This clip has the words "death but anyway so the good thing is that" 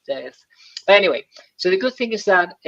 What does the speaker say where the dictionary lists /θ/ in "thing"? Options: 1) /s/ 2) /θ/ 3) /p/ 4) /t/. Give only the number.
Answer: 2